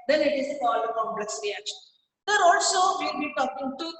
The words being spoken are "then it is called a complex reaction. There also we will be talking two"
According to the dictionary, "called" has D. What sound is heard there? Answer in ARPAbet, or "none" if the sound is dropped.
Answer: none